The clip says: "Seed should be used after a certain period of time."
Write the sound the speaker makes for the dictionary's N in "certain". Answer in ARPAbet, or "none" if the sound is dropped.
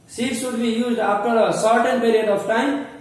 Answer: N